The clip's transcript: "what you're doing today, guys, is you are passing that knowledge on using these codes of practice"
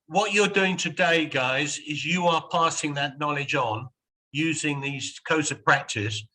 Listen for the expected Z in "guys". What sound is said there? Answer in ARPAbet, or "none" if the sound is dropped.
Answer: Z